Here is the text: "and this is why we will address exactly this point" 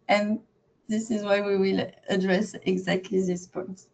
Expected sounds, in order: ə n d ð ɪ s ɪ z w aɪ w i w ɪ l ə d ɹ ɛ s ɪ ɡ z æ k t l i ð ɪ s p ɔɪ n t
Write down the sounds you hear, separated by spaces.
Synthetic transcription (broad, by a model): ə n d ð ɪ s ɪ z w aɪ w i w ɪ l ə d ɹ ɛ s ɪ ɡ z æ k t l i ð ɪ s p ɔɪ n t